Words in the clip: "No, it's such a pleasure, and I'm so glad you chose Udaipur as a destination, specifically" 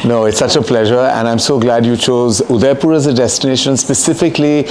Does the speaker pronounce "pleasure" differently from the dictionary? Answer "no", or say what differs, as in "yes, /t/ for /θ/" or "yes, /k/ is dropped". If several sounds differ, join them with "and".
no